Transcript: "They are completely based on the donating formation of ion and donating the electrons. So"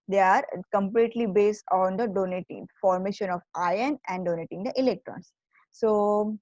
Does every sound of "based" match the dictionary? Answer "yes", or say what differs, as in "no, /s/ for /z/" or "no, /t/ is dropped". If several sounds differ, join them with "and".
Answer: yes